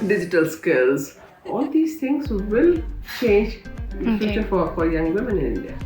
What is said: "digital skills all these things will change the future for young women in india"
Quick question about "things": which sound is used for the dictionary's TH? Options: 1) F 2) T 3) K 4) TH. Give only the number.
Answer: 2